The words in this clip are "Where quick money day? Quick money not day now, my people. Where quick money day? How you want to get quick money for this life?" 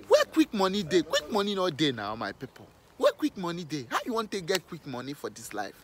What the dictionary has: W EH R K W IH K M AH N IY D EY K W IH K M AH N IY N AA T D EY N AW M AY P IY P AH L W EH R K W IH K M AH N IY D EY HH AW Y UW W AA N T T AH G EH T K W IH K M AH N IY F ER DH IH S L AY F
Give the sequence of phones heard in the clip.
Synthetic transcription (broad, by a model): W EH K W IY K M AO N IY D EY K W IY K M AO N IY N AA D EY N AW M AY P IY P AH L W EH K W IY K M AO N IY D EY HH AW Y UW W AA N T T AH G EH T K W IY K M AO N IY F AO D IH S L AY F